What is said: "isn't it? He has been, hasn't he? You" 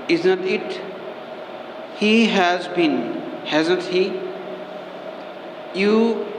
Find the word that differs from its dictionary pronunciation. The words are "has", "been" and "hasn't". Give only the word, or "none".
hasn't